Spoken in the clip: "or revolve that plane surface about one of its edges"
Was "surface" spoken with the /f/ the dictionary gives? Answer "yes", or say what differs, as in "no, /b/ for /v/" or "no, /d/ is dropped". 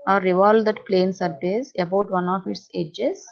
no, /p/ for /f/